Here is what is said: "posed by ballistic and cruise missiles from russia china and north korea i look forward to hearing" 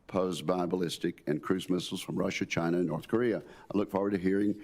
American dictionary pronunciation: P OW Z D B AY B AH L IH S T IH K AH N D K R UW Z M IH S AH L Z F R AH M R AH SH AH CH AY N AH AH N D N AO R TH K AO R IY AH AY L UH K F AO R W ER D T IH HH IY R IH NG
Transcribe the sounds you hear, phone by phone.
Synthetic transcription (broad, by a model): P OW Z B AY B AH L IH S T IH K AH N K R UW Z M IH S L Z F R AH M R AH SH AH CH AY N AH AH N N AO R TH K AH R IY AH AY L UH K F AO R W ER D T IH HH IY R IH NG